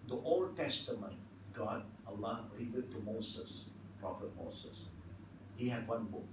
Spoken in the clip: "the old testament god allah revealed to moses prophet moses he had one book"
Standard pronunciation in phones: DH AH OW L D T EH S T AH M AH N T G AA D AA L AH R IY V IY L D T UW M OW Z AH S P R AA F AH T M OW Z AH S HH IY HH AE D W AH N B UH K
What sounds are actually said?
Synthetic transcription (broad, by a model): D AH OW L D T EH S T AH M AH N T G AA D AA L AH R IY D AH D T UW M OW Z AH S P R AA F AH T M OW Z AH S HH IY HH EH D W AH N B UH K